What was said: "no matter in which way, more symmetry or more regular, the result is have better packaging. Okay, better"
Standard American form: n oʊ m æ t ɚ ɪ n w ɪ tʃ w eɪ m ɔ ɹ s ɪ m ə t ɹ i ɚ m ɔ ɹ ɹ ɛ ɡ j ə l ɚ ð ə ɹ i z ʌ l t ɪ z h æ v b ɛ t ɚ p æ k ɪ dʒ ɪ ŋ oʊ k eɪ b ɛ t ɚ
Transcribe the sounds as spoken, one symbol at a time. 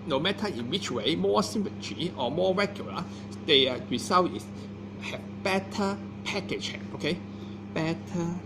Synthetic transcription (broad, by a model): n oʊ m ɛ t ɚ ɪ n w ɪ tʃ w eɪ m ɔ s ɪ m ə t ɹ i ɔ m ɔ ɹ ɹ ɛ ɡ j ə l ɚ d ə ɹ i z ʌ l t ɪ s h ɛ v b ɛ t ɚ p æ k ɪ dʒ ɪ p oʊ k eɪ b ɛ t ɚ